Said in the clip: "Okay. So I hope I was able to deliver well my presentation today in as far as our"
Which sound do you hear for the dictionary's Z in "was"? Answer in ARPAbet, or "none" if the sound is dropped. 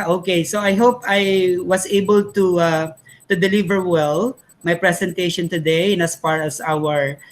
S